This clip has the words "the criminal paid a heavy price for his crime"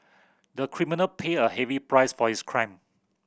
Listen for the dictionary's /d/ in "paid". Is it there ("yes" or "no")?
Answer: no